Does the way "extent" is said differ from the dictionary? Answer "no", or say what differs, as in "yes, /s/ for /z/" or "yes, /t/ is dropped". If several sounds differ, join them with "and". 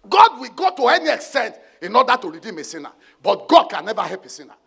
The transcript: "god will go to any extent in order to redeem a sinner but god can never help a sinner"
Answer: no